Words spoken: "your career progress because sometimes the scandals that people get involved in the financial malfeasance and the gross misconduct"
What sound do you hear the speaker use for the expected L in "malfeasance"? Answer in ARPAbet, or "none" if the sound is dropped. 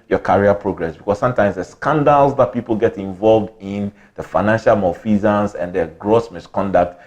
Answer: none